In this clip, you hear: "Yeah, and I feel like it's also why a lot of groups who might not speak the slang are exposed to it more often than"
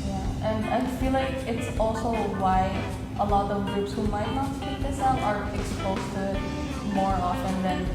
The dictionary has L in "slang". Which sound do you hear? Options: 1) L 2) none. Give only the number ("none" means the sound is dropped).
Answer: 2